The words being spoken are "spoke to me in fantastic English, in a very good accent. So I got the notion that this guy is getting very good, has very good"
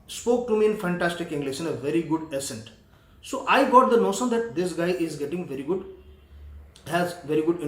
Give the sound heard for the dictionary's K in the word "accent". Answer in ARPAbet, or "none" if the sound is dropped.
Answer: none